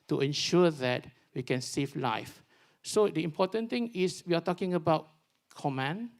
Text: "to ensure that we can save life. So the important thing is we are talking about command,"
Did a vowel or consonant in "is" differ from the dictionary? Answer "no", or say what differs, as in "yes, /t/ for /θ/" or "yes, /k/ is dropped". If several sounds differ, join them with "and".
yes, /s/ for /z/